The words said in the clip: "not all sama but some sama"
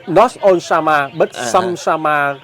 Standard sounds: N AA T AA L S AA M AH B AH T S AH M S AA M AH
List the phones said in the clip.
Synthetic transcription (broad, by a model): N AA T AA N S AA M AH B AH T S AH M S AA M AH